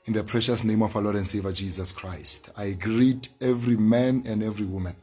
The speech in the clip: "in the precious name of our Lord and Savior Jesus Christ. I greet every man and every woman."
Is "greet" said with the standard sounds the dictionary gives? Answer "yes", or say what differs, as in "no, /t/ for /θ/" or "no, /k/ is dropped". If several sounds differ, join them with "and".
yes